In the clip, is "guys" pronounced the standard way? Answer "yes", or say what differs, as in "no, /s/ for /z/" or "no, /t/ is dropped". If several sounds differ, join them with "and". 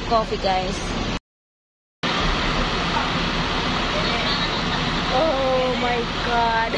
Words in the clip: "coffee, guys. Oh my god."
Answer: no, /s/ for /z/